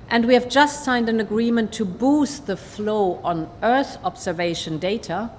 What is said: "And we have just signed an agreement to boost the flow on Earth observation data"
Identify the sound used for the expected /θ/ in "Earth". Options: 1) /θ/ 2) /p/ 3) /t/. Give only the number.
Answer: 1